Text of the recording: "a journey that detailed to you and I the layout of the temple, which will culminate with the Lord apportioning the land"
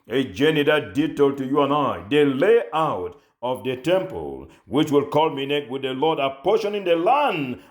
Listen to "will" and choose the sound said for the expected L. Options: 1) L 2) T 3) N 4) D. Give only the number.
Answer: 1